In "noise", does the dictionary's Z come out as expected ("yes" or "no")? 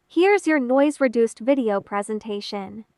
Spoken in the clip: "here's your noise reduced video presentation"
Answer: yes